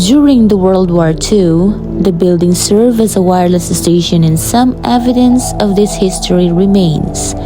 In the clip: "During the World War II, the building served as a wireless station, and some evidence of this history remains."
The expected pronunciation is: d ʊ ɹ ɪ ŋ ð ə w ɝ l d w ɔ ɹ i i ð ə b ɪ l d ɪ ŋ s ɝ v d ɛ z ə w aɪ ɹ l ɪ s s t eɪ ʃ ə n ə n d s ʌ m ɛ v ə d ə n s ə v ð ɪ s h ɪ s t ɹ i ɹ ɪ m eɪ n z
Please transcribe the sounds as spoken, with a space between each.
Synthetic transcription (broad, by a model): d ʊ ɹ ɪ ŋ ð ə w ɝ l d w ɔ ɹ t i ð ə b ɪ l d ɪ ŋ s ɝ v ɛ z ə w aɪ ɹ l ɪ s s t eɪ ʃ ə n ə n s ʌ m ɛ v ə d ə n s ə v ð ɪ s h ɪ s t ɹ i ɹ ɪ m eɪ n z